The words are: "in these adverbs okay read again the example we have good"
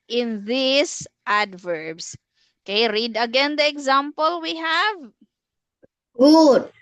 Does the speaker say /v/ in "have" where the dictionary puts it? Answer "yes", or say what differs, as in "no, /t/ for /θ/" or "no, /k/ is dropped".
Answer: yes